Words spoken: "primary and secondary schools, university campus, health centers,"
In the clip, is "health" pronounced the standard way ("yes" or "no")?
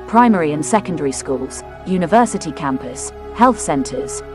yes